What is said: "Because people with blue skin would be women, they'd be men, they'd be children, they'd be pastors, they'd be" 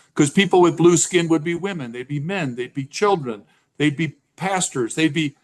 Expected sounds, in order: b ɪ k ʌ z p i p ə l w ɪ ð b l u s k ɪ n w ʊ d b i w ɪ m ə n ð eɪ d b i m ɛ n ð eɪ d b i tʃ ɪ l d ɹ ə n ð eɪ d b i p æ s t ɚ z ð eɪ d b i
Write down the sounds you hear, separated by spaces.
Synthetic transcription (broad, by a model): k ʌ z p i p l w ɪ ð b l u s k ɪ n w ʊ d b i w ɪ m ə n ð eɪ d b i m ɛ n ð eɪ d b i tʃ ɪ l d ɹ ə n ð eɪ d b i p æ s t ɚ z ð eɪ d b i